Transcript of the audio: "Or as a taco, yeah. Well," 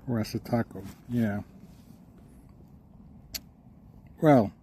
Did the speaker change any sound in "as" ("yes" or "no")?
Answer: yes